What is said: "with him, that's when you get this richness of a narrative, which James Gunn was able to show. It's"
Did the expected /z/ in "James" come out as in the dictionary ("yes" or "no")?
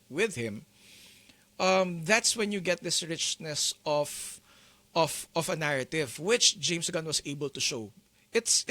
no